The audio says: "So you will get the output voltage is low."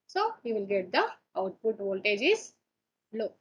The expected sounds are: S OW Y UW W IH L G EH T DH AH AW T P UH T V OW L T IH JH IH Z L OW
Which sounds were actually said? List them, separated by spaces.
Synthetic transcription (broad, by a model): S OW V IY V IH L G EH T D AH AW T P UH T V OW L T IH JH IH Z L OW